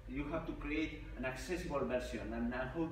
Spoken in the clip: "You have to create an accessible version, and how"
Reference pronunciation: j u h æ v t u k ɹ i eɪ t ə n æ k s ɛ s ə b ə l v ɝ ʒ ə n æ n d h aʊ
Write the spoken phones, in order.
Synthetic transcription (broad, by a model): j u h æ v t u k ɹ i eɪ t ə n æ k s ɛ s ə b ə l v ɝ s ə n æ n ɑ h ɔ